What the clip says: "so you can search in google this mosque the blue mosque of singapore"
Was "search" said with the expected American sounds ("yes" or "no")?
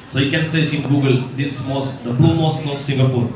no